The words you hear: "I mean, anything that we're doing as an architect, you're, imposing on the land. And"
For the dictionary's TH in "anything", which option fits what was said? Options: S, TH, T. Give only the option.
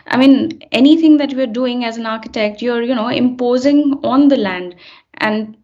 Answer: T